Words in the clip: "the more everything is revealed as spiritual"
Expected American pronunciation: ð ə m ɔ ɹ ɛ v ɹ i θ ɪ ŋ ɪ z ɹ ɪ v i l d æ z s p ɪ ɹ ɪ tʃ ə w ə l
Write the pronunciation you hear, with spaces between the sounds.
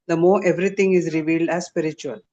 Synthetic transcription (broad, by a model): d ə m ɔ ɹ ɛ v ɹ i t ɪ ŋ ɪ z ɹ ɪ v i l d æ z s p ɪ ɹ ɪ tʃ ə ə l